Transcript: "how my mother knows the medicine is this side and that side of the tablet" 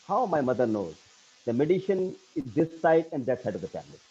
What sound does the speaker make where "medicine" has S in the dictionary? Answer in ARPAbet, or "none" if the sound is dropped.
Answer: SH